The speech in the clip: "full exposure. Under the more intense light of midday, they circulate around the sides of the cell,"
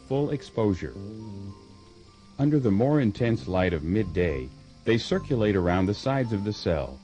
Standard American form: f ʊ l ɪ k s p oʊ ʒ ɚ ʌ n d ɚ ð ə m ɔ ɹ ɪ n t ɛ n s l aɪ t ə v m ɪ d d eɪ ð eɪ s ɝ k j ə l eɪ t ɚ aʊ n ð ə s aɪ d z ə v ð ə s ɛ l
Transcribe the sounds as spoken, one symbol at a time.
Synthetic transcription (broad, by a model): f ʊ l ɪ k s p oʊ ʒ ɚ ʌ n d ɚ ð ə m ɔ ɹ ɪ n t ɛ n s l aɪ t ə v m ɪ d d eɪ ð eɪ s ɝ k j ə l eɪ t ɚ aʊ n ð ə s aɪ d z ə v ð ə s ɛ l